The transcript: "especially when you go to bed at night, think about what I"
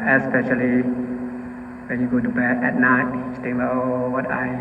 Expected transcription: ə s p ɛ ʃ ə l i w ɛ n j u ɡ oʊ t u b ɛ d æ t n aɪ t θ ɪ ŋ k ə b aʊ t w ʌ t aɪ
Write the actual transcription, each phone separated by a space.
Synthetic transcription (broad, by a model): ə s p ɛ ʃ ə l i w ɛ n j u ɡ oʊ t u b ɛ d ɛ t n aɪ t t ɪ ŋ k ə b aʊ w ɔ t aɪ